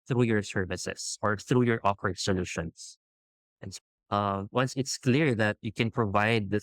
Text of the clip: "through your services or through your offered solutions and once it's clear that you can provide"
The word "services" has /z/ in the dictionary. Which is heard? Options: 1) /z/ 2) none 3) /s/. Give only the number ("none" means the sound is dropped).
3